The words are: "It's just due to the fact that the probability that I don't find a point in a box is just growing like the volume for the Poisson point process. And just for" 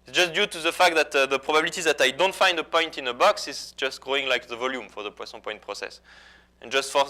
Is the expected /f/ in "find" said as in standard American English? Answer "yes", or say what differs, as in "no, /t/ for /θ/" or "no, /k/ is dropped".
yes